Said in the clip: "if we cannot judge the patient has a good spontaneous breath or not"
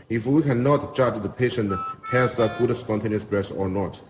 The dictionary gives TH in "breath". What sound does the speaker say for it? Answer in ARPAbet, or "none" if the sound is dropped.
S